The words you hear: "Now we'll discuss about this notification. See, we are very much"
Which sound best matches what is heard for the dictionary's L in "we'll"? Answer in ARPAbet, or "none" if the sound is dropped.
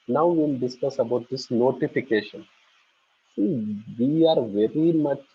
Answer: N